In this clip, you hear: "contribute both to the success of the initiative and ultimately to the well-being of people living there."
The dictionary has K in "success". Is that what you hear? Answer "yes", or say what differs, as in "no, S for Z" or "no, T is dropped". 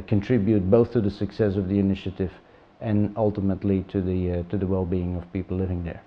yes